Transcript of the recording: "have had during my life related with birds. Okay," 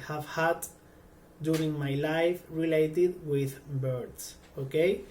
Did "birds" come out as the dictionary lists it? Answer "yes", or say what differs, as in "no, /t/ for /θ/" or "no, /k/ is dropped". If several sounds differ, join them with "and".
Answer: no, /s/ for /z/